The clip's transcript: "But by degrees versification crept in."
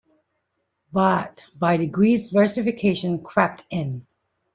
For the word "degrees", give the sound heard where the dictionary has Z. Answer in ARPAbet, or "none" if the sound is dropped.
Z